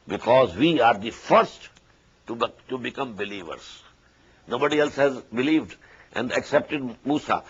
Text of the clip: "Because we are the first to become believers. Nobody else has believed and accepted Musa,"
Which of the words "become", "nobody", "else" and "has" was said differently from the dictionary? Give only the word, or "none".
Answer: none